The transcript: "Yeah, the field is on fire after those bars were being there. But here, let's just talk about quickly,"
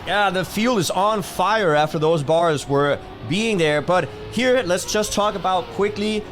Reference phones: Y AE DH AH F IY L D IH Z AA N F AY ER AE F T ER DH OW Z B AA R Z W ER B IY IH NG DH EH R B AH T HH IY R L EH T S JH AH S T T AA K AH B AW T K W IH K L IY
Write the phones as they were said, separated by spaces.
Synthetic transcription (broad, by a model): Y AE DH AH F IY L D IH Z N F AY ER AE F T ER DH OW Z B AA R Z W ER B IY IH NG DH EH R B AH T HH IY R L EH T S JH AH S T T AA K AH B AW T K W IH K L IY